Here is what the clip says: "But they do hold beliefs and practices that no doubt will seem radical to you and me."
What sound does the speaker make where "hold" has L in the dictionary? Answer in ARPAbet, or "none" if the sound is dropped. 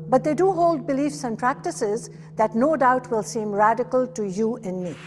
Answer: L